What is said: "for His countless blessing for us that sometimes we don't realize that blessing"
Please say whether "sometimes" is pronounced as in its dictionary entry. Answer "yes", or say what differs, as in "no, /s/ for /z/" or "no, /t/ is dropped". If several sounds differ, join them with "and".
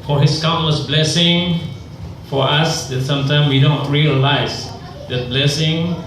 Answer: no, /z/ is dropped